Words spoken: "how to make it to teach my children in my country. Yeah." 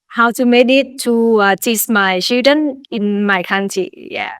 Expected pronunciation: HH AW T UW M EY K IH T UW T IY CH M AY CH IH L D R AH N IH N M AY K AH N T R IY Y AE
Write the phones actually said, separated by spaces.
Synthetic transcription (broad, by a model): HH AW T UW M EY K IH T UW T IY S M AY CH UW D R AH N IH N M AY K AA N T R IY Y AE